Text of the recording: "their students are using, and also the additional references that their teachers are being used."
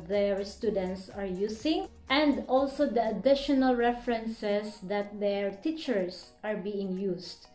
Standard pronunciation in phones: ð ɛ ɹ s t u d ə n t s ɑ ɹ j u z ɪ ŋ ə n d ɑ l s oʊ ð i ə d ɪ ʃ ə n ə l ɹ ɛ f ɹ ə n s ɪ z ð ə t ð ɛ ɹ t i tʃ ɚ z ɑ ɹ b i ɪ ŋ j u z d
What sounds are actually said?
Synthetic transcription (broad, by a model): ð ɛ ɹ s t u d ə n t s ɑ ɹ j u s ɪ ŋ ə n d ɑ l s oʊ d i ə d ɪ ʃ ə n ə l ɹ ɛ f ɹ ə n s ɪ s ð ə t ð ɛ ɹ t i tʃ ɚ s ɑ ɹ b i ɪ ŋ j u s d